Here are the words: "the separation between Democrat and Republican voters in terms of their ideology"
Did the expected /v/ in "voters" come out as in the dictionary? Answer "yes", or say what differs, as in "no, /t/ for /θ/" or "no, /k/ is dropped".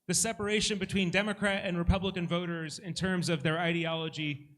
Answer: yes